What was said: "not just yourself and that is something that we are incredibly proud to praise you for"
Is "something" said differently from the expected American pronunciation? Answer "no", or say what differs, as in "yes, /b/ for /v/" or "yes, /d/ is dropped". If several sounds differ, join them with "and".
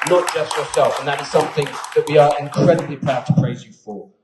no